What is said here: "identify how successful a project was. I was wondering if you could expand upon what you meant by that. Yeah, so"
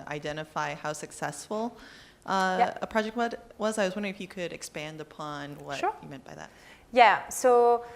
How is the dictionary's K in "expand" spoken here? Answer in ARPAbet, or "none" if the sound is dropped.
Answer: K